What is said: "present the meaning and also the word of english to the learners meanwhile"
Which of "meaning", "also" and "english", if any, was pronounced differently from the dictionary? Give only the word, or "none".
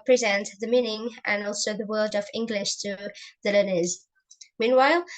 none